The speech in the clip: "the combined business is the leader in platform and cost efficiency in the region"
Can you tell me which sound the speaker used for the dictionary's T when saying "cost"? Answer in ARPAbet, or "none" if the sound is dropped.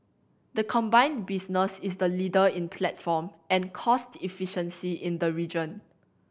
T